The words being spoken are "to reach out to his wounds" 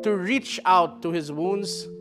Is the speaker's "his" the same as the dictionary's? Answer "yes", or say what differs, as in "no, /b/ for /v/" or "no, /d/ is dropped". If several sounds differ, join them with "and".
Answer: yes